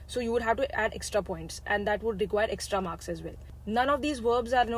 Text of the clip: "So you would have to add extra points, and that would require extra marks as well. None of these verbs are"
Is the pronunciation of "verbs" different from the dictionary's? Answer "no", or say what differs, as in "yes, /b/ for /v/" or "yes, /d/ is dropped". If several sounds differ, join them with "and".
no